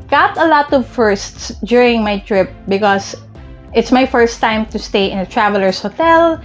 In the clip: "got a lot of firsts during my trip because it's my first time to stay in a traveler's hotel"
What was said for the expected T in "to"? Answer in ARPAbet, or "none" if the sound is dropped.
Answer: T